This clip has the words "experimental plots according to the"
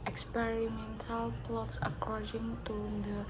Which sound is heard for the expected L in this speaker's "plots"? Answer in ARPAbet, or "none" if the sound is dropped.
L